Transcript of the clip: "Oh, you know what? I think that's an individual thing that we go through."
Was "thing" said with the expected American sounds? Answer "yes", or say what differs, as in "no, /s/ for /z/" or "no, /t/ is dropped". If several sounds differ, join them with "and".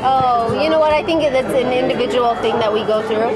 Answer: yes